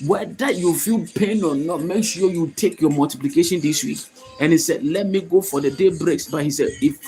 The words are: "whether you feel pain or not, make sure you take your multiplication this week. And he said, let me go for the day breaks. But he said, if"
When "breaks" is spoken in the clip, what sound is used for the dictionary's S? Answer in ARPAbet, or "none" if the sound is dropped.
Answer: S